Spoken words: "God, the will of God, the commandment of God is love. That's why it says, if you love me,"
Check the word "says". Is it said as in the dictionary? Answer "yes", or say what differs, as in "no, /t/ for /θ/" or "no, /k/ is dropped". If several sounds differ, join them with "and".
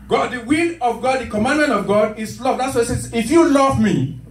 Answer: no, /z/ is dropped